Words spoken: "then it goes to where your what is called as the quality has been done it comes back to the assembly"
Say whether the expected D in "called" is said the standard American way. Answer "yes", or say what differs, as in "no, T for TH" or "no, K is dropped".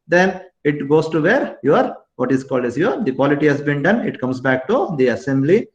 yes